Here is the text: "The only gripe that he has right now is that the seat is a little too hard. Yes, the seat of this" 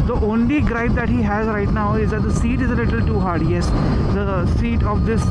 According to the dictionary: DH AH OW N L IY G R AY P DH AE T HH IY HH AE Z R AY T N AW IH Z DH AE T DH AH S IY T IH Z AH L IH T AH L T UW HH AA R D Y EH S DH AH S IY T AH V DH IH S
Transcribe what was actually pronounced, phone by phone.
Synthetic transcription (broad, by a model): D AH OW N L IY G R AY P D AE T HH IY HH AE Z R AY T N AW IH Z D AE T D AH S IY T IH Z AH L IH T AH L T UW HH AA R D Y EH S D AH S IY T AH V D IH S